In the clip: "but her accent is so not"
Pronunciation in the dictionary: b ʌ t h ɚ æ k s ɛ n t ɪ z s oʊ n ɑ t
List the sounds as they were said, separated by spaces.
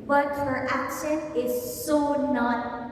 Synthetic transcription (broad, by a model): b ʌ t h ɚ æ k ʃ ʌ n ɪ z s oʊ n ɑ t